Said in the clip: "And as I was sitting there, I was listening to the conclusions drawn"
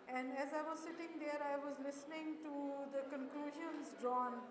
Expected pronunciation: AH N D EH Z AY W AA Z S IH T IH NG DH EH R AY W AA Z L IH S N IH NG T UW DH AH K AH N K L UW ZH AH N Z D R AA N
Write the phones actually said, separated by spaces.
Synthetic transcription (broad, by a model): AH N D EH Z AY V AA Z S IH T IH NG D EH R AY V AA Z L IH S N IH NG T UW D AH K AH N K L UW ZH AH N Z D R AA N